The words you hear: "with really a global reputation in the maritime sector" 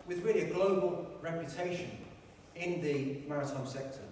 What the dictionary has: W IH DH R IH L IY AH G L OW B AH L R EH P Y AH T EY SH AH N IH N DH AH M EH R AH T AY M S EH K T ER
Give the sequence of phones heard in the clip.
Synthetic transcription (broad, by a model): W IH DH R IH L IY AH G L OW B AH L R EH P Y AH T EY SH AH N IH N DH AH M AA R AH T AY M S EH K T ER